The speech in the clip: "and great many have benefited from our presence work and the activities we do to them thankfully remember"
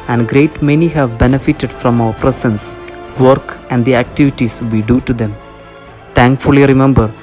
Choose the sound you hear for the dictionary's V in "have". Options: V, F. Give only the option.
V